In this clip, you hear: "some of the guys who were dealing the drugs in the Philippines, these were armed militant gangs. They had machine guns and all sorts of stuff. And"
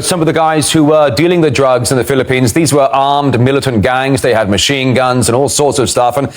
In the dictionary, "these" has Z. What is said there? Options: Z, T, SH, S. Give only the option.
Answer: Z